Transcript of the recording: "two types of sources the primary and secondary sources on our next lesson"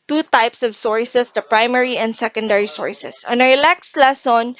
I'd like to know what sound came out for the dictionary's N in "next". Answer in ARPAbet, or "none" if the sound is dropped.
L